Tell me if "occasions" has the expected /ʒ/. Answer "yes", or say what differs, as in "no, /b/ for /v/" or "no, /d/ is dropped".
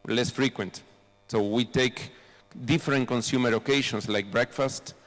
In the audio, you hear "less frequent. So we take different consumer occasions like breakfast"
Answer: no, /ʃ/ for /ʒ/